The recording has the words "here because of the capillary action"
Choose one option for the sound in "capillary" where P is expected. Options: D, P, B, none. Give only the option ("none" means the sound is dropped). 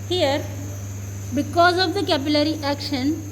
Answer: B